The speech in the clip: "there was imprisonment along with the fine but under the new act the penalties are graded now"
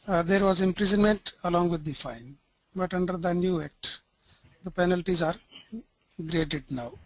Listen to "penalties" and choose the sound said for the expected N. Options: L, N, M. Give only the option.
N